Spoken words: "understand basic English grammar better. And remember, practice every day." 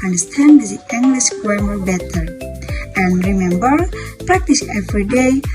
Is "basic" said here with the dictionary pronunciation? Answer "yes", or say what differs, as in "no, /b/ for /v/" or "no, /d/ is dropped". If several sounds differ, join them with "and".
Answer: no, /k/ is dropped